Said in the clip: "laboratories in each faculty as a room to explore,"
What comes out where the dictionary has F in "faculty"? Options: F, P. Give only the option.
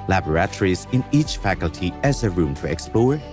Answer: F